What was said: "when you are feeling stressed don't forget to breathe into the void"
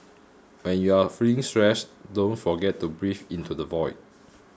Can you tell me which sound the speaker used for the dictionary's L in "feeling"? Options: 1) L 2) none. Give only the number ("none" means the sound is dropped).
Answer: 2